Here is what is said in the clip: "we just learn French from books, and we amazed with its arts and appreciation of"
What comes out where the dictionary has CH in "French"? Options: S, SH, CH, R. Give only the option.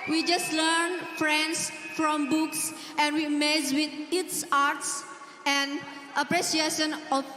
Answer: S